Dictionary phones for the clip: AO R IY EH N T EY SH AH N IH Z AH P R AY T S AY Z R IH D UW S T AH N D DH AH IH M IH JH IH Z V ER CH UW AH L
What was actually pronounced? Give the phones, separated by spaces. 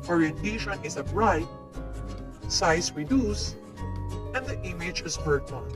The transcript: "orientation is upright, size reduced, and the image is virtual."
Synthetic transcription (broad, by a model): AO R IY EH N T EY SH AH N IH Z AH B R AY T S AY S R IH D UW S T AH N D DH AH IH M IH JH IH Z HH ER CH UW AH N